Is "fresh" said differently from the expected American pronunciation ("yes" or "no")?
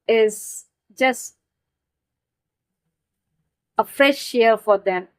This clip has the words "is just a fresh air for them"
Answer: yes